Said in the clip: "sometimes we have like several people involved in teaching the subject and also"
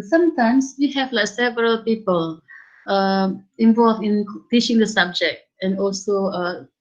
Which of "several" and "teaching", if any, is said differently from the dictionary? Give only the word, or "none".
none